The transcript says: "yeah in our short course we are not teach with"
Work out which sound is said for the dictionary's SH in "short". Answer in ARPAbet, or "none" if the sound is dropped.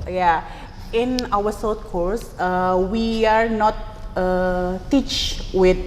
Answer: S